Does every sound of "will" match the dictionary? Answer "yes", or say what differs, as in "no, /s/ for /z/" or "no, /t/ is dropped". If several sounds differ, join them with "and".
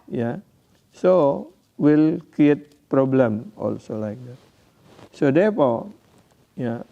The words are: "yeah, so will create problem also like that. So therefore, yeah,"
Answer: yes